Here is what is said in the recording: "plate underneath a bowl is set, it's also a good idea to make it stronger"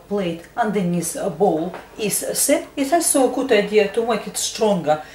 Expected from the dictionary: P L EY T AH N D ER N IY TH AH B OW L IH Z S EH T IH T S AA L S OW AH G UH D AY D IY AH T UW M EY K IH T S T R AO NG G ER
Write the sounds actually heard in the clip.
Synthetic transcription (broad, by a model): P L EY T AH N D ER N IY S AH B OW L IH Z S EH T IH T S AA S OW AH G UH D AY D IY AH T UW M EY K IH T S T R AO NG G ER